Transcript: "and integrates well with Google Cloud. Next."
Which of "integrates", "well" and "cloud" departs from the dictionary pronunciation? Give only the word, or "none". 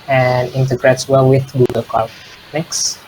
cloud